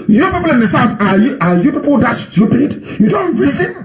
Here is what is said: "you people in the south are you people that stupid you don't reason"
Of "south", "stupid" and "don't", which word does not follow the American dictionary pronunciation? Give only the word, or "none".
south